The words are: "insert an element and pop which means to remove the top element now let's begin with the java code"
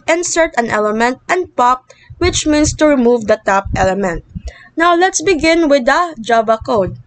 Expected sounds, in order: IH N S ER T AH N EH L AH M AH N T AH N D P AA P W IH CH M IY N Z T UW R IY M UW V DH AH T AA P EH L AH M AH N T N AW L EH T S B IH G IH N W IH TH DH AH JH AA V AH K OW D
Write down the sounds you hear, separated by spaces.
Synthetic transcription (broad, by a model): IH N S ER T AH N EH L AH M AH N T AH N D P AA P W IH CH M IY N S T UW R IY M UW V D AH T AA P EH L AH M AH N T N AW L EH T S B IH G IH N W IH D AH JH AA B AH K OW D